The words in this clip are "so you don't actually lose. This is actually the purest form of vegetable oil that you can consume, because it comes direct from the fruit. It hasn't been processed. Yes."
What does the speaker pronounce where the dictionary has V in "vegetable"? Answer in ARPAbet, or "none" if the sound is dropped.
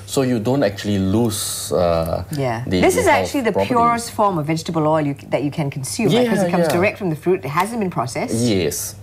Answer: V